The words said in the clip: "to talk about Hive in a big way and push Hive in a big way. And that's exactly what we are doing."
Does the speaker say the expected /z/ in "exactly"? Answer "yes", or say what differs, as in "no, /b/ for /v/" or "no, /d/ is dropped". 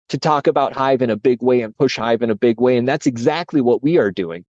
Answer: yes